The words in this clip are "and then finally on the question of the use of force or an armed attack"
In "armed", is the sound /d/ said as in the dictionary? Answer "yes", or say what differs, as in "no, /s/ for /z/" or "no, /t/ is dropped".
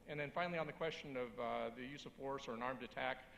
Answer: yes